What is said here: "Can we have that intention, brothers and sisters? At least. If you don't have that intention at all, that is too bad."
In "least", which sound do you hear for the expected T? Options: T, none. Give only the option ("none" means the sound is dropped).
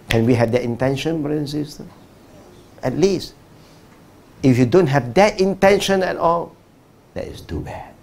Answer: T